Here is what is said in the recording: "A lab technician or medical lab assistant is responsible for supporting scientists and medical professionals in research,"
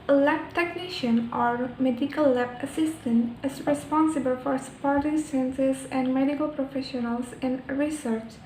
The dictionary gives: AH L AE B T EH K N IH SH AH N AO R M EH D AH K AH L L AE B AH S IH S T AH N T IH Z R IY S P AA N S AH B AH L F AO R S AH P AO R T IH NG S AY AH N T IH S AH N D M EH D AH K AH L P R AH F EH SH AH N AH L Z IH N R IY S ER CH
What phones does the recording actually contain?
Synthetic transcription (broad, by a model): L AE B T EH K N IH SH AH N AO R M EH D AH K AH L L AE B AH S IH S T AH N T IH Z R IY S P AA N S AH B AH L F AO R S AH P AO R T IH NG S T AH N S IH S AH N D M EH D AH K AH L P R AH F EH SH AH N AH L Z IH N R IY S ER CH